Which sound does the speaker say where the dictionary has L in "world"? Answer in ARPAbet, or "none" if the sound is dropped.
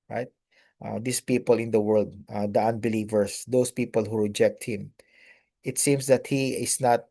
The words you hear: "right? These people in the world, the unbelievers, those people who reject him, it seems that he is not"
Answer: L